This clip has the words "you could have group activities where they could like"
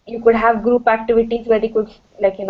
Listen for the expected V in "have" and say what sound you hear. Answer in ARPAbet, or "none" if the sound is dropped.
V